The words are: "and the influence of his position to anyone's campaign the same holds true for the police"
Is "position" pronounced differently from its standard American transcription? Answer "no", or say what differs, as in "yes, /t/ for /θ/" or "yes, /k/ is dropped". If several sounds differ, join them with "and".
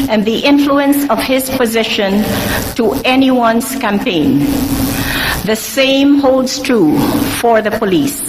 no